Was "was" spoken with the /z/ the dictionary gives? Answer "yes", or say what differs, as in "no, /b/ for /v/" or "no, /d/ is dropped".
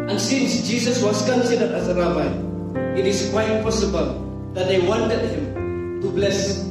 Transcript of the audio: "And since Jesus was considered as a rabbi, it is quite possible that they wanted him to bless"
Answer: no, /s/ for /z/